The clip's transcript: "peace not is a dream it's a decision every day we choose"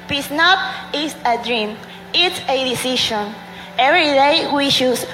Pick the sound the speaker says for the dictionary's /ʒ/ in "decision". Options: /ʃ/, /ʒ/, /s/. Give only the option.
/ʃ/